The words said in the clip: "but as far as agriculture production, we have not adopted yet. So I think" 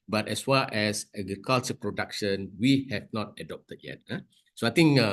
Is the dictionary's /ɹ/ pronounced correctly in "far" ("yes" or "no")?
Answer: no